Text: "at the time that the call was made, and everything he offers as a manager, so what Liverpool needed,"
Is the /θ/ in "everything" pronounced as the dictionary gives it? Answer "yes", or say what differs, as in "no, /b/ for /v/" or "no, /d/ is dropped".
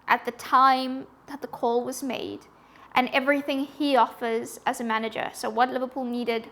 yes